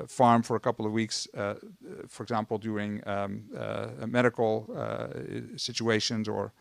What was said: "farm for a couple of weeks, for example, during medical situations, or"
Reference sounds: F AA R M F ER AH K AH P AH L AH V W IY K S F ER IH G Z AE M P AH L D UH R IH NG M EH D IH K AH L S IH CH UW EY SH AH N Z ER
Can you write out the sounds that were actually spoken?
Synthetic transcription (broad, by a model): F AA R M F ER AH K AH P L AH V W IY K S F ER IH G Z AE M P L D UH R IH NG M EH D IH K L S IH CH UW EY SH AH N Z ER